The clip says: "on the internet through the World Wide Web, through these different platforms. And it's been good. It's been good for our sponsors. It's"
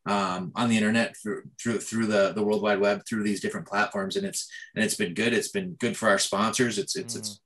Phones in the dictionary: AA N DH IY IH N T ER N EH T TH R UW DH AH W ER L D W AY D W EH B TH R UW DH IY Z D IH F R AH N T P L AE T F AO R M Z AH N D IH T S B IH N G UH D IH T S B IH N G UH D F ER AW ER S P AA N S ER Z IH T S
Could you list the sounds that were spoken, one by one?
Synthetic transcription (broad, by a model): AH N DH IY IH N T ER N EH T TH R UW DH AH W ER L D W AY D W EH B TH R UW DH IY Z D IH F R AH N P L AE T F AO R M Z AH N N IH T S B IH N G UH D IH T S B IH N G UH D F ER AW ER S P AA N S ER Z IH T S